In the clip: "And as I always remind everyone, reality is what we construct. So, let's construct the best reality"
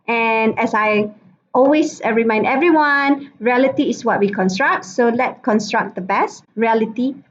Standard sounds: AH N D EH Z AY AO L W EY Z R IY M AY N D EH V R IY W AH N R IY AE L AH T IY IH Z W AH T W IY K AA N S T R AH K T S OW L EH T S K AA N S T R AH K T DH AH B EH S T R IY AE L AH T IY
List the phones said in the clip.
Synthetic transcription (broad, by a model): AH N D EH S AY AO L W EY S R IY M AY N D EH V R IY W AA N R IY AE L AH T IY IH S W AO T W IY K AA N S T R AH K T S OW L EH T K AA N S T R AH K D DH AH B EH S T R IY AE L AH T IY